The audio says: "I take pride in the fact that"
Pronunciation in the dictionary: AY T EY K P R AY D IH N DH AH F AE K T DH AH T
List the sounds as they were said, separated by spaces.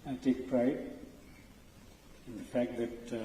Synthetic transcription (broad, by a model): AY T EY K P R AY IH N DH AH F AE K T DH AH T